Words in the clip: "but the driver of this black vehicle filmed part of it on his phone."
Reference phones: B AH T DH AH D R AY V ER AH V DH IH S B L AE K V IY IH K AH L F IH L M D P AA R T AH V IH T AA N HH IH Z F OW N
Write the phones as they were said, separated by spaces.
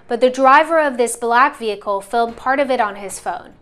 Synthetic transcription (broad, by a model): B AH T DH AH D R AY V ER AH V DH IH S B L AE K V IY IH K L F IH L D P AA R T AH V IH T N IH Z F OW N